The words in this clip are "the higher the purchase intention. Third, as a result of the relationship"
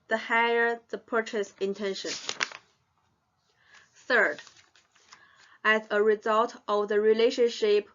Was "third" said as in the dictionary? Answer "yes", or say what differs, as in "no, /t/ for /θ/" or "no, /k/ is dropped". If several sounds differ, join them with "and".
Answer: yes